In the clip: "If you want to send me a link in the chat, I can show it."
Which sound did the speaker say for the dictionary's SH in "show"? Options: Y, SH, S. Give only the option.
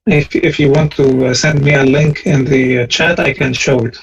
SH